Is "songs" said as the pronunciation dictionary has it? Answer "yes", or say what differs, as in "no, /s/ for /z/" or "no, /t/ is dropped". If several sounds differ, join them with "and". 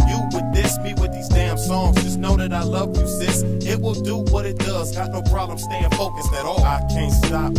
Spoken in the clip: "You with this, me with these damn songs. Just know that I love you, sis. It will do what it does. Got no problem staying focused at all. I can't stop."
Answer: yes